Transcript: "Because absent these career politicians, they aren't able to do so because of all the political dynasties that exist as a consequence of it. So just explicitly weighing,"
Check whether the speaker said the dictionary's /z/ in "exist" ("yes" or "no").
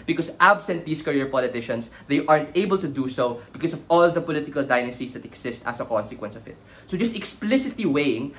no